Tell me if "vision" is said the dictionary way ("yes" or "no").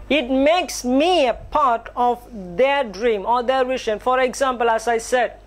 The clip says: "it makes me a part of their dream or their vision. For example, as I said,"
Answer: no